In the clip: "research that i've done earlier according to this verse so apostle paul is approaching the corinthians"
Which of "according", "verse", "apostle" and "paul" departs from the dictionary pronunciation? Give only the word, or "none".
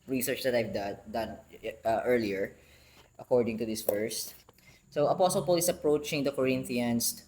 verse